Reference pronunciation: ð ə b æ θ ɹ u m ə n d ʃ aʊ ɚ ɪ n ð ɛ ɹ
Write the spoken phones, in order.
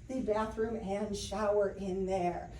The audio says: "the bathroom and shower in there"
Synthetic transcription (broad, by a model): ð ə b æ θ ɹ u m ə n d ʃ aʊ ɚ ɪ n ð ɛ ɹ